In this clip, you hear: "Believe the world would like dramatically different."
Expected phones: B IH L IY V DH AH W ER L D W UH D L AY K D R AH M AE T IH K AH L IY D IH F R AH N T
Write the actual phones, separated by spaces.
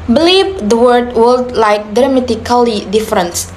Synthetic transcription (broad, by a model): B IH L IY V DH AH W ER D W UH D L AY K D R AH M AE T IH K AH L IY D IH F R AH N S